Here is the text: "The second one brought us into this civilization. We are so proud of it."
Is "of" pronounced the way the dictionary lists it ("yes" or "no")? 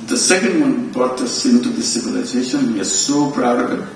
no